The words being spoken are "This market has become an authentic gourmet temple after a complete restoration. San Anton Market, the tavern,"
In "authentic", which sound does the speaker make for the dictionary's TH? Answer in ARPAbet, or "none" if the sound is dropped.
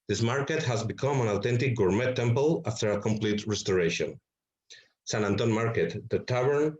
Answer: T